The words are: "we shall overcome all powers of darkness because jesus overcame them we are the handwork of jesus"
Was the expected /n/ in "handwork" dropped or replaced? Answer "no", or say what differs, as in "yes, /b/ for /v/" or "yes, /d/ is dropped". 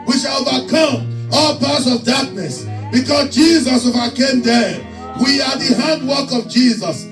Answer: no